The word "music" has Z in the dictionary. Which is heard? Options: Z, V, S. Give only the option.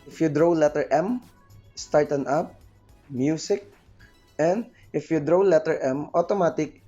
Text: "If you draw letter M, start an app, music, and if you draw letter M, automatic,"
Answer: S